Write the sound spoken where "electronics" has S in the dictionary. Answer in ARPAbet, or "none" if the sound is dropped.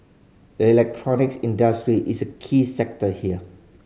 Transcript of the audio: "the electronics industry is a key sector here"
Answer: S